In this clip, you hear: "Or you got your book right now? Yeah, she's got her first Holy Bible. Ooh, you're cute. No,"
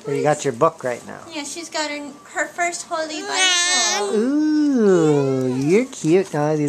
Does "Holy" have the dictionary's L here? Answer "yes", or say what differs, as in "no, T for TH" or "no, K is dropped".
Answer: yes